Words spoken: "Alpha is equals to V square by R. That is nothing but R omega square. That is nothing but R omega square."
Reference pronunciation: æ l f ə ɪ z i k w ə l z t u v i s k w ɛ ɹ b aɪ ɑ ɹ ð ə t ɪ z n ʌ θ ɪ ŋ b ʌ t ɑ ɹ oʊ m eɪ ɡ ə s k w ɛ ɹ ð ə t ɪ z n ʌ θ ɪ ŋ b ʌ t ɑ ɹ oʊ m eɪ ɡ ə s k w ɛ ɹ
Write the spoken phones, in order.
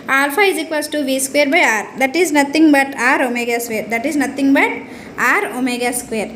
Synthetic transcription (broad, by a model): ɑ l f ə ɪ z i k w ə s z t u b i s k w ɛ ɹ b aɪ ɑ ɹ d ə t ɪ z n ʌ t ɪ ŋ b ʌ t ɑ ɹ oʊ m eɪ ɡ ə s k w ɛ ɹ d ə t ɪ z n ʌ t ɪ ŋ b ʌ t ɑ ɹ oʊ m eɪ ɡ ə s k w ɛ ɹ